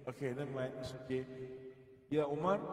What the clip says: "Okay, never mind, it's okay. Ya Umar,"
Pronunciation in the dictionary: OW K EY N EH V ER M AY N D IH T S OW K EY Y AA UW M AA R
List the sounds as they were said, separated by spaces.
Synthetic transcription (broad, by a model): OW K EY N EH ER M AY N IH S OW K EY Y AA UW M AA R